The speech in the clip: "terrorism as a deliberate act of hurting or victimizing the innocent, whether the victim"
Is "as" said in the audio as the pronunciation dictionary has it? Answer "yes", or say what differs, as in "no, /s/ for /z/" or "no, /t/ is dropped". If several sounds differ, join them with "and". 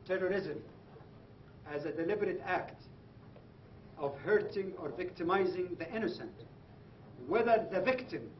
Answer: yes